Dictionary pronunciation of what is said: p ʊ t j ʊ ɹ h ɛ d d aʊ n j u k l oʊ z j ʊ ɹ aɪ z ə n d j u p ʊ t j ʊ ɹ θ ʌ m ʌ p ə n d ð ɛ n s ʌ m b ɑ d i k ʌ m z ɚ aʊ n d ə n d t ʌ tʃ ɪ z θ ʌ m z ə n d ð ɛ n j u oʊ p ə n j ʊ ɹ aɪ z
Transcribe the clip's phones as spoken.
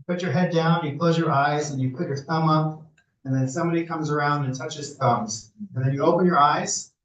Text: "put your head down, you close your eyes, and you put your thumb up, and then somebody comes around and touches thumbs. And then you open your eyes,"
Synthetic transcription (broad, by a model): p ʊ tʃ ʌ ɹ h ɛ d d aʊ n j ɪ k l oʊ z j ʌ ɹ aɪ z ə n j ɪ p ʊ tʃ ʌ ɹ θ ʌ m ʌ p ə n ð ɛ n s ʌ m b ɑ d i k ʌ m z ɚ aʊ n d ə n t ʌ tʃ ɪ z θ ʌ m z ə n ð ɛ n j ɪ oʊ p ə n j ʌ ɹ aɪ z